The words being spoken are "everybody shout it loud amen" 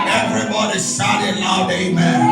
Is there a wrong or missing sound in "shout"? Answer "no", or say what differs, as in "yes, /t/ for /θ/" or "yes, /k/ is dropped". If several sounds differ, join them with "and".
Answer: yes, /s/ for /ʃ/